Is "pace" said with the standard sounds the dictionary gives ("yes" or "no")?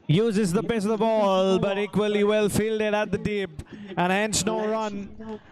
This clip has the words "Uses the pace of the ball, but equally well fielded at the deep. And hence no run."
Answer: no